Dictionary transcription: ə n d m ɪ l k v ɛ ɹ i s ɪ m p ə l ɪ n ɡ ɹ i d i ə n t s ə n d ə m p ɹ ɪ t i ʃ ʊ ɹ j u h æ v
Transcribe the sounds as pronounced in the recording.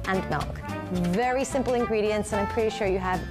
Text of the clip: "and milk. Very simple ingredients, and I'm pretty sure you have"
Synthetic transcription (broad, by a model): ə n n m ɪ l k v ɛ ɹ i s ɪ m p l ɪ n ɡ ɹ i d i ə n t s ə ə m p ɹ ɪ t i ʃ ʊ ɹ j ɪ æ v